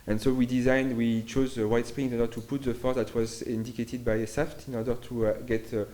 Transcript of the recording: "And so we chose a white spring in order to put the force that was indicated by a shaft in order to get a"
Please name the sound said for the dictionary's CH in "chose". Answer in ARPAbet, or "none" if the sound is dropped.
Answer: CH